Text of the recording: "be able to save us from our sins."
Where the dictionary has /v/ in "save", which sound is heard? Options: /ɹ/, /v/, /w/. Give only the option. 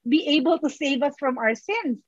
/v/